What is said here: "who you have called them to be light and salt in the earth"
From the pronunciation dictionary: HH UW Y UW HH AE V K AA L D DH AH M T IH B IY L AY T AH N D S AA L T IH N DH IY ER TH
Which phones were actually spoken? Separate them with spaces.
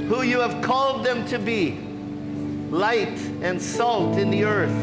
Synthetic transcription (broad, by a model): HH UW Y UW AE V K AA L D DH AH M T IH B IY L AY T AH N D S AA L T IH N DH IY ER TH